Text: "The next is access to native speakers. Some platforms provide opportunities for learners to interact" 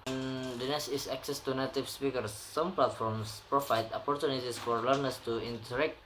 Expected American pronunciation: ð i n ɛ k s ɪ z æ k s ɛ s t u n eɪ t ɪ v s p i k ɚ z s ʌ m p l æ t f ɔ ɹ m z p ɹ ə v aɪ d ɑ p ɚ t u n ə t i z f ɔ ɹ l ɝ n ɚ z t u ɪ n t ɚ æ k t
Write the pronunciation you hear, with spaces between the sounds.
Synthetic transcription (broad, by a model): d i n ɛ s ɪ s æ k s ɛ s t u n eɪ t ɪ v s p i k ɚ s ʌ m p l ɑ t f ɔ ɹ m s p ɹ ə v aɪ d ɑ p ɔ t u n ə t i s f ɔ ɹ l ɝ n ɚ s t u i n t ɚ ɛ k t